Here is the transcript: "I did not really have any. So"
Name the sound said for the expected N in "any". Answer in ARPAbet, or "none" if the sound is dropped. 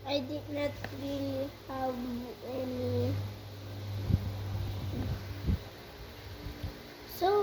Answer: L